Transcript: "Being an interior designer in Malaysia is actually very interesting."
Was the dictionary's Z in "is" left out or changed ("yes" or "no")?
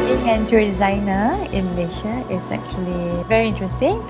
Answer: yes